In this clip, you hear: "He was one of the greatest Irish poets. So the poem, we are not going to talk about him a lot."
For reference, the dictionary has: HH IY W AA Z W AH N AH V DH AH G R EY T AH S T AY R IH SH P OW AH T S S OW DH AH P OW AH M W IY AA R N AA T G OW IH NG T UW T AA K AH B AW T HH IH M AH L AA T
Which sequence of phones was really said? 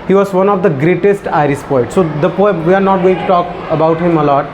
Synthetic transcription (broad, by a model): HH IY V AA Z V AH N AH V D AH G R EY T AH S T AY R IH S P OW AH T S S OW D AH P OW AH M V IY AA R N AA T G OW IH NG T UW T AA K AH B AW T HH IH M AH L AA T